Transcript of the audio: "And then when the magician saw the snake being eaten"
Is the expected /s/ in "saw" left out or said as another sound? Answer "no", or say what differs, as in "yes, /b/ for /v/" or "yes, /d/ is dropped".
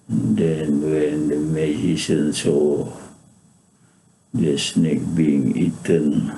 no